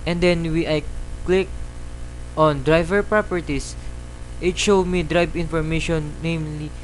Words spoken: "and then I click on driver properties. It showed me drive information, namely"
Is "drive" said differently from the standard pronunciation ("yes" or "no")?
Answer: yes